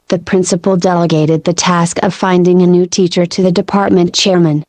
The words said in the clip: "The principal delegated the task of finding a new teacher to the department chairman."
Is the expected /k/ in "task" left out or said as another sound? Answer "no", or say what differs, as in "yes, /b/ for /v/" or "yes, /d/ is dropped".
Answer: no